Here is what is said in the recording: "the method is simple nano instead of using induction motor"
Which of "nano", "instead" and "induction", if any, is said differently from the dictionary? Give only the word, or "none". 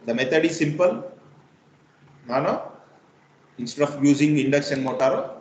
induction